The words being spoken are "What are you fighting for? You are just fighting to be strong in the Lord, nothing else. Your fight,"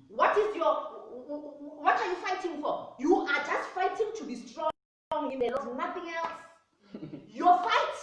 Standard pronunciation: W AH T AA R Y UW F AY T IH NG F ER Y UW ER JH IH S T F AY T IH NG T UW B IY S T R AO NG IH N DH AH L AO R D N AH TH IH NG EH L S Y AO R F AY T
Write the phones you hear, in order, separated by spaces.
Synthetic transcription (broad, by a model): W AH T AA W Y UW F AY T IH NG F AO Y UW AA JH IH S T F AY T IH NG T UW B IY S T R AO NG IH N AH N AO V N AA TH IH NG EH L S Y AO F AY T